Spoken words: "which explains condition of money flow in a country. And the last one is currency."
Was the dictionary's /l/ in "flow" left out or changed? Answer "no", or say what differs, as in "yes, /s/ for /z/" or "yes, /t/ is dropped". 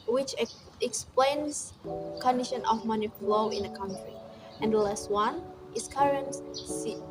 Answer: no